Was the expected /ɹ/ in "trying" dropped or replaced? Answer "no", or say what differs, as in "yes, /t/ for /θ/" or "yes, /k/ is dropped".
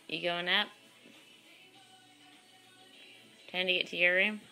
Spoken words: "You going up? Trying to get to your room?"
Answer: yes, /ɹ/ is dropped